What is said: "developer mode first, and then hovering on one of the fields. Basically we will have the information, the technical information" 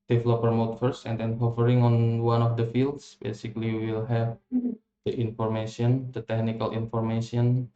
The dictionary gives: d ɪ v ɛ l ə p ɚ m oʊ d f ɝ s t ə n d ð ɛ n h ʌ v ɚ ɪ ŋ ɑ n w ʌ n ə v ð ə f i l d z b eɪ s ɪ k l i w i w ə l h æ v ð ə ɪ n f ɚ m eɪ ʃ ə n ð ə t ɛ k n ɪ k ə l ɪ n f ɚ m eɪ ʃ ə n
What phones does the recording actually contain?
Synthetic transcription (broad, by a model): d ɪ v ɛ l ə p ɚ m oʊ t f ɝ s ə n d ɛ n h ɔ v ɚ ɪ ŋ ɑ n w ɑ n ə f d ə f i l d s b eɪ s ɪ k l i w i w ə l h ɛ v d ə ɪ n f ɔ m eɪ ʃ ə n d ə t ɛ k n ɪ k ə l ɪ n f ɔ m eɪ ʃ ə n